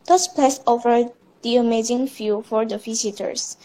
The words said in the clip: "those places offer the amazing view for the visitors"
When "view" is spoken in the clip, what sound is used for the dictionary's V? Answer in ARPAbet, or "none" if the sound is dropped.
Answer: F